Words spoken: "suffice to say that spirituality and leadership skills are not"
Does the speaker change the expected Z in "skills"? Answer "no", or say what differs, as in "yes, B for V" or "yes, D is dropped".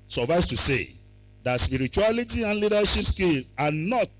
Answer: yes, Z is dropped